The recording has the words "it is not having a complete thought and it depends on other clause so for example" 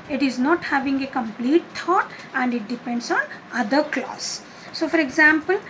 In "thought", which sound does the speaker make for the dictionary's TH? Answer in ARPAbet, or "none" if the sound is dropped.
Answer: T